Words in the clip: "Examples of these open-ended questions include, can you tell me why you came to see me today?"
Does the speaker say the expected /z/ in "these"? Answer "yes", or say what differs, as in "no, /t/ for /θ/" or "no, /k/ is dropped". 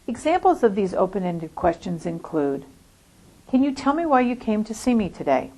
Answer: yes